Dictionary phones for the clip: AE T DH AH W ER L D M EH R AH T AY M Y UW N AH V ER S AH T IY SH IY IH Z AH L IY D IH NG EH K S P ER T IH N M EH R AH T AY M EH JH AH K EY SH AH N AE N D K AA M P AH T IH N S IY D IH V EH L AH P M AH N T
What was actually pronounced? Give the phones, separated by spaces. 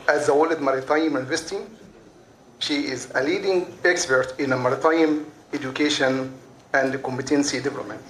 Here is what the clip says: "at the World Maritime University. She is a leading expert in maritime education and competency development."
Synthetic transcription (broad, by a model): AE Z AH W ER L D M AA R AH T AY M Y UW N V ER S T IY SH IY IH Z AH L IY D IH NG EH K S P ER T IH N M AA R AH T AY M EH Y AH K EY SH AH N AE N D K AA M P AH T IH N S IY D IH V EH L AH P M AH N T